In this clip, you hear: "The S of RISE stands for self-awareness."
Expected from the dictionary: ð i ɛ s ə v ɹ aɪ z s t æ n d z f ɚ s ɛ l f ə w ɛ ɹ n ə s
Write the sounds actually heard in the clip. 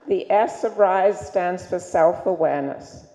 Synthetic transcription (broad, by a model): ð i ɛ s ə v ɹ aɪ z s t æ n d z f ɚ s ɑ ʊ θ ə w ɛ ɹ n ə s